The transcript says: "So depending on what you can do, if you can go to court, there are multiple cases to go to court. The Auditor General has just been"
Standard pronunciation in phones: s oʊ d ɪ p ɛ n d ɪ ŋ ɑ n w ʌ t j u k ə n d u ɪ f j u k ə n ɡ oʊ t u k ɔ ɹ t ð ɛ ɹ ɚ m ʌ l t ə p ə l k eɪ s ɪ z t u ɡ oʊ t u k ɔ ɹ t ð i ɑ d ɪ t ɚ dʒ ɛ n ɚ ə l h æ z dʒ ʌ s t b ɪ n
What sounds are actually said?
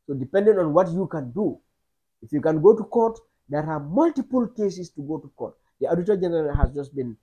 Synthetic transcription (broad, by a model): s oʊ d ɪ p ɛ n d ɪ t ɑ n w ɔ t j u k ə n d u ɪ f j u k ə n ɡ oʊ t u k ɔ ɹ t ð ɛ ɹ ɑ m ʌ l t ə p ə l k eɪ s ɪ s t u ɡ oʊ t u k ɔ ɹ t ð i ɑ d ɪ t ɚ dʒ ɛ n ɚ ə l h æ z dʒ ʌ s t b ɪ n